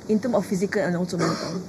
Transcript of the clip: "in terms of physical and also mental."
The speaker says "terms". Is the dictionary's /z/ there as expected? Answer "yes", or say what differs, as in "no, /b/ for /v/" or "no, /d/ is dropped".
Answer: no, /z/ is dropped